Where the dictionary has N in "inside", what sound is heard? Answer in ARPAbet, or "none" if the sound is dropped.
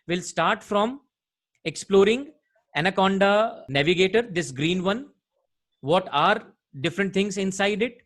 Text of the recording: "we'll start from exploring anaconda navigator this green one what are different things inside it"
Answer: N